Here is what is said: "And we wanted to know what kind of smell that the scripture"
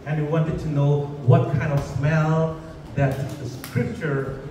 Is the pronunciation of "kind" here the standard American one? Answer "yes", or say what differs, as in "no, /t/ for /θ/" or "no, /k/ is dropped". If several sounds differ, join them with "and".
yes